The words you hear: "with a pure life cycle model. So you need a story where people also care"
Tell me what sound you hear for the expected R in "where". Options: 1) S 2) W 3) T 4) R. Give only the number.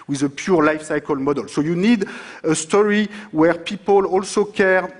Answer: 4